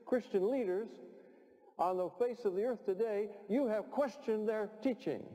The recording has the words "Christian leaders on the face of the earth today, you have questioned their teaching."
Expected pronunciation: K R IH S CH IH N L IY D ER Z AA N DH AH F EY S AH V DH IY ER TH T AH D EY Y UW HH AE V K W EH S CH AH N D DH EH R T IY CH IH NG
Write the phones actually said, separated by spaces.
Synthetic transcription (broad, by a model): K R IH S CH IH N L IY D ER Z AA N DH AH F EY S AH V DH IY ER TH T AH D EY Y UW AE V K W EH S CH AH N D DH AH R T IY CH IH NG